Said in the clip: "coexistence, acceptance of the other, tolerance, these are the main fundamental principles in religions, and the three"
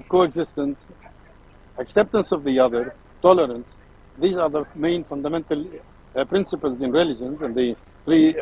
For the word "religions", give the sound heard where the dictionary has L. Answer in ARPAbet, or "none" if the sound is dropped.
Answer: L